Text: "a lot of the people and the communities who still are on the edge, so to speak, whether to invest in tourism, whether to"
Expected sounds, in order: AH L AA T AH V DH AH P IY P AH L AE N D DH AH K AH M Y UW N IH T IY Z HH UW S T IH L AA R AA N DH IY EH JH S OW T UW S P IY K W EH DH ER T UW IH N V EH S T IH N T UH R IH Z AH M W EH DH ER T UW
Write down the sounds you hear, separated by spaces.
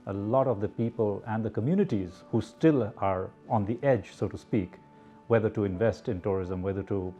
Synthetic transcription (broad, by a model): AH L AA T AH V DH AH P IY P AH L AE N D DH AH K AH M Y UW N IH T IY Z HH UW S T IH L AA R AA N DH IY EH JH S OW T UW S P IY K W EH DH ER T UW IH N V EH S T IH N T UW R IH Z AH M W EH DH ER T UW